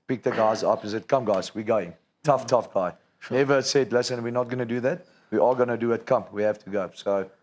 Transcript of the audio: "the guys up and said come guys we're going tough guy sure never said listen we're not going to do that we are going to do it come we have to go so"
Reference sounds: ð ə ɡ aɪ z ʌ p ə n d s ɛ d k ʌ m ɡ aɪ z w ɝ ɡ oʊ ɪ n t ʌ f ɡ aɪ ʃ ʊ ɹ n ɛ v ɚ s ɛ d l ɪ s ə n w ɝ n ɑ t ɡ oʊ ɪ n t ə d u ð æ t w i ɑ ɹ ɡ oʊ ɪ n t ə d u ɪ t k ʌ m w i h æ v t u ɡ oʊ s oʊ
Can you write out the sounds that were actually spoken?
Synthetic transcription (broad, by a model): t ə ɡ aɪ z ʌ p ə n s ɛ d k ʌ m ɡ aɪ z w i ɡ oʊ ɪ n t ʌ f ɡ aɪ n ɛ v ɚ s ɛ d l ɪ s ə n w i n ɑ t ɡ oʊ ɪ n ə d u ð æ t w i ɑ l ɡ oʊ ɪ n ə d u ɪ t k ʌ m w i h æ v t u ɡ oʊ s oʊ